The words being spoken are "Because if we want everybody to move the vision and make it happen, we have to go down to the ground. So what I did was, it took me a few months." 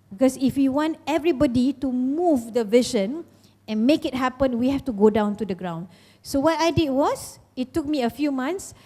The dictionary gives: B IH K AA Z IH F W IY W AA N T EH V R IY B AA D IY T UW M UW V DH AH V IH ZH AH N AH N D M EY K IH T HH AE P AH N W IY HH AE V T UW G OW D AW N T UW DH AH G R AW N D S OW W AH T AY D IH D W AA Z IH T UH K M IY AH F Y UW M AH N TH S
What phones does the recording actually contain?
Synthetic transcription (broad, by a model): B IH K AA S IH F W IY W AA N T EH V R IY B AA D IY T UW M UW V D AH V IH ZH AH N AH N M EY K IH T HH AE P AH N W IY HH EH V T UW G OW D AW N T UW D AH G R AW N D S OW W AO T AY D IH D W AA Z IH T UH K M IY AH F Y UW M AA N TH S